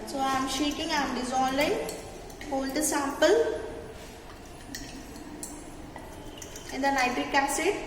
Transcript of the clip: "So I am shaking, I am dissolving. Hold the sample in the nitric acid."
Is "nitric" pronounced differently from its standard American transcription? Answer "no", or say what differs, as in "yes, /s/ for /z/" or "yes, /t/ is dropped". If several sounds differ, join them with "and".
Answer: yes, /ɹ/ is dropped